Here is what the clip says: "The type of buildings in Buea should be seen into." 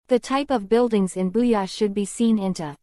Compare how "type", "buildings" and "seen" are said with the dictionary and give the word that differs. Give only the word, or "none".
none